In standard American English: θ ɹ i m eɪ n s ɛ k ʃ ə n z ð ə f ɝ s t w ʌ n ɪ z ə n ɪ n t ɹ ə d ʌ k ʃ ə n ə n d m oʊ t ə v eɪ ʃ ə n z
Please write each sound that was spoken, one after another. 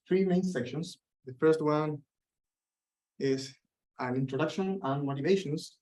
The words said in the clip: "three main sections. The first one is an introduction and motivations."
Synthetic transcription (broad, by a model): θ ɹ i m eɪ n s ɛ k ʃ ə n s ð ə f ɝ s t w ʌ n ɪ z ə n ɪ n t ɹ ə d ʌ k ʃ ə n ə n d m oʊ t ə v eɪ ʃ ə n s